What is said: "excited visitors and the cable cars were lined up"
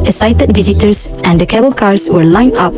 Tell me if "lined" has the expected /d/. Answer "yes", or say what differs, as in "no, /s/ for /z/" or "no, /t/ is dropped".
no, /d/ is dropped